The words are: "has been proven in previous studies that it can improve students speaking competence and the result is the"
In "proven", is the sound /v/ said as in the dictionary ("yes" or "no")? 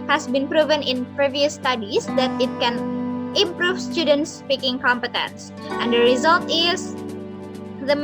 yes